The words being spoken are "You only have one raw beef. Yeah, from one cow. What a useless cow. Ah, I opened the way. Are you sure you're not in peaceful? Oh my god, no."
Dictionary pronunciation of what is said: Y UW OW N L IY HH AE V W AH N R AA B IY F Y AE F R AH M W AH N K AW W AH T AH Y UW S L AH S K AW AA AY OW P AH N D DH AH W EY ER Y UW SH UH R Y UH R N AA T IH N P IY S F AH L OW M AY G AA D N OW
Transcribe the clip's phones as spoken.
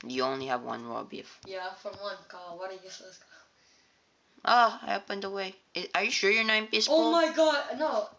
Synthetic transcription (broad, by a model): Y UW OW N L IY HH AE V W AH N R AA B IY F Y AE F R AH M W AH N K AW W AH T AH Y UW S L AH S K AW AA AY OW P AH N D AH W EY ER Y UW SH UH R Y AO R N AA IH N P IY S AH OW M AY G AA D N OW